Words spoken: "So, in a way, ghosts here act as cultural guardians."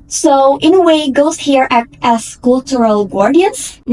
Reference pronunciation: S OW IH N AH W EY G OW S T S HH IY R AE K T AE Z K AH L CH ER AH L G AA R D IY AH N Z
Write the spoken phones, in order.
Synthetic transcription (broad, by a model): S OW IH N AH W EY G OW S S HH IY R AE T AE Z K AH L CH ER AH L G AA R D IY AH N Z